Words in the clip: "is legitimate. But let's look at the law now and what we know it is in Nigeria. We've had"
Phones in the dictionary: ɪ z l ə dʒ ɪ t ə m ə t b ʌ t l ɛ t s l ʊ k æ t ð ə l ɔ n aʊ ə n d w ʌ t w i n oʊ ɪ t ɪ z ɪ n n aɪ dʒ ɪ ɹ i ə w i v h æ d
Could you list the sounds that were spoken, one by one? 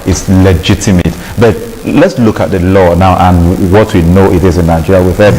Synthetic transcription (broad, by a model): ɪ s l ə dʒ ɪ t ə m ə t b ʌ t l ɛ t s l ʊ k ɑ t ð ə l ɔ n aʊ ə n w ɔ t w i n oʊ ɪ t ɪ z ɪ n n aɪ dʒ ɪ ɹ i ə w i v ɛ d